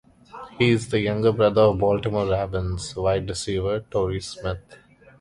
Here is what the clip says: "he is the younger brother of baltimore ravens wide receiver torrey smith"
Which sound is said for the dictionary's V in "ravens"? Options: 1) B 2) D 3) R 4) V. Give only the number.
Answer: 1